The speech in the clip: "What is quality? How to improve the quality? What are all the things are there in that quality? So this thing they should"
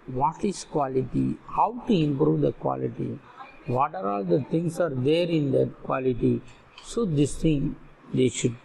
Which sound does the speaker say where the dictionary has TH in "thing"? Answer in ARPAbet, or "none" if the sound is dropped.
T